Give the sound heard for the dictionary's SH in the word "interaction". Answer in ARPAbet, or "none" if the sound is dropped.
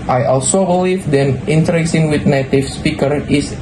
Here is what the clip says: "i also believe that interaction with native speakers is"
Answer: S